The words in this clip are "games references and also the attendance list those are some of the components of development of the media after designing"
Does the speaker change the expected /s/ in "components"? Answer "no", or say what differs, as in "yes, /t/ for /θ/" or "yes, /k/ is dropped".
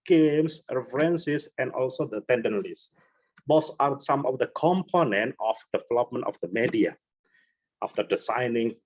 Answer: yes, /s/ is dropped